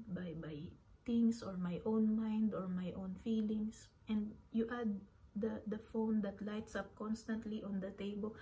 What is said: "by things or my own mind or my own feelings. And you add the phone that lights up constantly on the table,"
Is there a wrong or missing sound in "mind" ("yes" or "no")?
no